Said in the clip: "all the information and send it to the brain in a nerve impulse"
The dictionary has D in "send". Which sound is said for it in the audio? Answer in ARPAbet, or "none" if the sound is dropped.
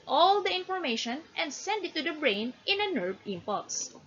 D